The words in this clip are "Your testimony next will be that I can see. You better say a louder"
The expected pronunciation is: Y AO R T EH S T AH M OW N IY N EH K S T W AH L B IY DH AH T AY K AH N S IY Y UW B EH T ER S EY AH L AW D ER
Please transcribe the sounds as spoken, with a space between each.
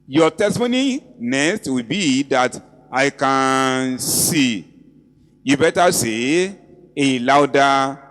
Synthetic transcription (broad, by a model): Y AO T EH S T AH M OW N IY N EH S T W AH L B IY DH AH T AY K AH N S IY Y UW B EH T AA S EY AH L AW D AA